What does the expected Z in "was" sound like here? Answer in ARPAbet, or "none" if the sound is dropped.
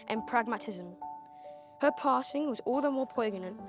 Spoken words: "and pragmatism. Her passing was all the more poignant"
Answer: Z